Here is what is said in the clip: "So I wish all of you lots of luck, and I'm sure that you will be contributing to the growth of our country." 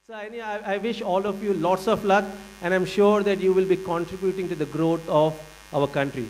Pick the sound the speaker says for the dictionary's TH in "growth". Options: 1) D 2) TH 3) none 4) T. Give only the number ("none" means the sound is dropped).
4